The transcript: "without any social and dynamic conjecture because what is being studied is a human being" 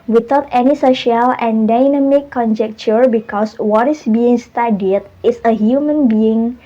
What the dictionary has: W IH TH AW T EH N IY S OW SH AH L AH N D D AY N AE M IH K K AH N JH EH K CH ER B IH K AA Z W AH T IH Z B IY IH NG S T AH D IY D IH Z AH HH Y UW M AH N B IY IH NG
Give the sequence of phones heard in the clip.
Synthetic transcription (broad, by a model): W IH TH AW T EH N IY S OW SH AH L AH N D D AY N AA M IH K K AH N JH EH K CH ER B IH K AA S W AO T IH S B IY IH NG S T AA D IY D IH S AH HH Y UW M AH N B IY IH NG